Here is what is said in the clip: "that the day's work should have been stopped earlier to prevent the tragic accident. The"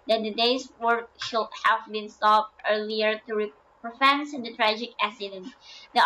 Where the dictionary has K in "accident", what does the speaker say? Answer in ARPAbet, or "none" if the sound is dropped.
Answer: none